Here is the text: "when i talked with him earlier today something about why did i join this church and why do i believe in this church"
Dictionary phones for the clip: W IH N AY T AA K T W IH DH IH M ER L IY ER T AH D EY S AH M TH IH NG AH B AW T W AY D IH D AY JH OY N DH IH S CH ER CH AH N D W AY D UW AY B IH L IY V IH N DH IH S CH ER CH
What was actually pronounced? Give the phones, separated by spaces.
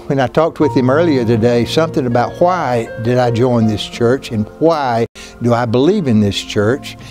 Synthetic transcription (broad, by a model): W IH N AY T AA K T W IH DH IH M ER L IY ER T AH D EY S AH M TH IH NG AH B AW T W AY D IH D AY JH OY N DH IH S CH ER CH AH N W AY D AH AY B IH L IY V IH N DH IH S CH ER CH